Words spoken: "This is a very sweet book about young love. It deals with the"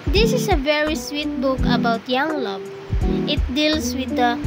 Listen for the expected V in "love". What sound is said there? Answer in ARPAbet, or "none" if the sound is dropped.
B